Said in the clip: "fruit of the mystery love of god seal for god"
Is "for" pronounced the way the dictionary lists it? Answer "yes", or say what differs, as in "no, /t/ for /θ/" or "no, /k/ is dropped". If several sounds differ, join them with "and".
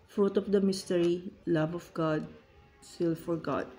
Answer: yes